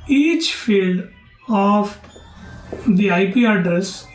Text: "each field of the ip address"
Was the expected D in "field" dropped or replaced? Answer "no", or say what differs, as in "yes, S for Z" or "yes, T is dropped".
no